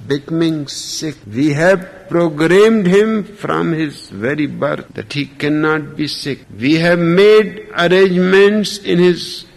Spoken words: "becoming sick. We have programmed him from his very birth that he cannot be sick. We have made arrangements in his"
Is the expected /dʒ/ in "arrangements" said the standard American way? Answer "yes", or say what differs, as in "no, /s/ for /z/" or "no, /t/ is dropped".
yes